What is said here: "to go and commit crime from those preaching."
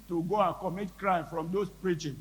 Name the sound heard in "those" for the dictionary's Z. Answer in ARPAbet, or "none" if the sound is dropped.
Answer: S